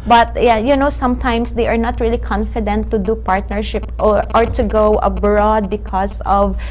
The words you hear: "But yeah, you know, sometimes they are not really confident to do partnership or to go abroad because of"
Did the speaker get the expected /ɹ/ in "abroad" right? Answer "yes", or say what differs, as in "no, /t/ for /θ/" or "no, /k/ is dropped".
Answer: yes